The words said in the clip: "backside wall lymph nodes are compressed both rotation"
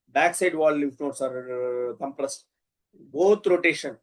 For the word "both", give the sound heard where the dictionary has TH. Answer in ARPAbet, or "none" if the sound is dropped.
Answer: T